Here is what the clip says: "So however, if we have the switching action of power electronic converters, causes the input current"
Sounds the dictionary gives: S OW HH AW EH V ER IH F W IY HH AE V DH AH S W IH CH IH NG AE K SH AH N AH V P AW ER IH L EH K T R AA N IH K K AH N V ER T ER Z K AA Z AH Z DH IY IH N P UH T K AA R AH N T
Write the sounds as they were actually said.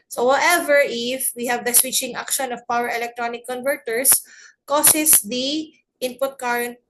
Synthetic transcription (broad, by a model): S OW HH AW EH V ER IH F W IY HH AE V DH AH S W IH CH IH NG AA K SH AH N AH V P AW ER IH L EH K T R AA N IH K K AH N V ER T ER S K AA S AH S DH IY IH N P UH T K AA R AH N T